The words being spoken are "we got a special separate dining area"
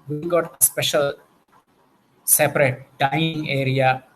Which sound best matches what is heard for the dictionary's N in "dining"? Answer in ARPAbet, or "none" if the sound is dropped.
none